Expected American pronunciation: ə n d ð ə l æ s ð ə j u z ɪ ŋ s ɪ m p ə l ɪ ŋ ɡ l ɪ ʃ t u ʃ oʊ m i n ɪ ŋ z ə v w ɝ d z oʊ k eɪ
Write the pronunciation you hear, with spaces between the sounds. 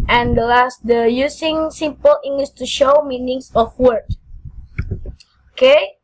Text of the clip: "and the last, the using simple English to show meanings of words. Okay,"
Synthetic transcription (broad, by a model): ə n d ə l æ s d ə j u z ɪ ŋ s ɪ m p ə l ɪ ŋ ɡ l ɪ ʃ t u ʃ oʊ m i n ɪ ŋ s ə f w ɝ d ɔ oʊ k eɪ